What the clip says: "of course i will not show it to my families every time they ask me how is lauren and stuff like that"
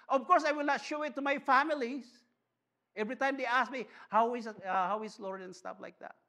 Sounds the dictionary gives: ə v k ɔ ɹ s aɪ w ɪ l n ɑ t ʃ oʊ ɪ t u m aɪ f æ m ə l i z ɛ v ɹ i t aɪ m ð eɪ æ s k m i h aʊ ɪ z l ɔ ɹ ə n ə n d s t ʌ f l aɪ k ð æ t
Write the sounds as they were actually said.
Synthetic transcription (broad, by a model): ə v k ɔ ɹ s aɪ w ɪ l n ɑ t ʃ oʊ ɪ t u m aɪ f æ m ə l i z ɛ v ɹ i t aɪ m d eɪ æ s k m i h aʊ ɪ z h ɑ w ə l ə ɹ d s t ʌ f l aɪ k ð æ t